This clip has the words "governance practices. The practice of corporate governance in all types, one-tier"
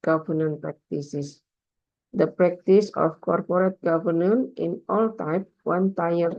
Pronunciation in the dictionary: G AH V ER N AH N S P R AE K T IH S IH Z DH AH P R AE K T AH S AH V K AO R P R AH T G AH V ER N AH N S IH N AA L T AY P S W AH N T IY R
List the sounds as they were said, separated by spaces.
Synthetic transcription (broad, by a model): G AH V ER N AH N P R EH K T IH S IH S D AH P R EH K T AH S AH F K AO R P R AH T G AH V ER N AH N IH N AA L T AY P W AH N T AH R